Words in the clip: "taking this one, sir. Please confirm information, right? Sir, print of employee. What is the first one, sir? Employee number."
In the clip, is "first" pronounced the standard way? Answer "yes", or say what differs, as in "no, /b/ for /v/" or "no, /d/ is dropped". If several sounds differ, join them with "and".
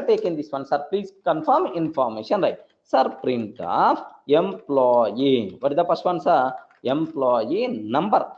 no, /p/ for /f/